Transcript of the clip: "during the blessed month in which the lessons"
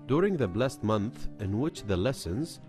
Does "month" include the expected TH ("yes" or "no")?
yes